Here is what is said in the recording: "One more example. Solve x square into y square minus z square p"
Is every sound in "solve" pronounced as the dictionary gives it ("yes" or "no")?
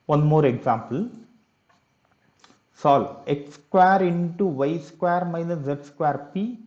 no